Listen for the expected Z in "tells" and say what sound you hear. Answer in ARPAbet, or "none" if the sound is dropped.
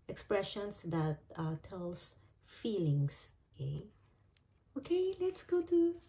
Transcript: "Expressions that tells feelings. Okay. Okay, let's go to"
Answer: S